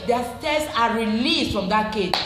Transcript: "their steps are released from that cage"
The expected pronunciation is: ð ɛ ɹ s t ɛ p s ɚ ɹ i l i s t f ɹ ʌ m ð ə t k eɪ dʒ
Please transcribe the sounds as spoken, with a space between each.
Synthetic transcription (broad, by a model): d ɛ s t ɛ s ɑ ɹ i l i s t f ɹ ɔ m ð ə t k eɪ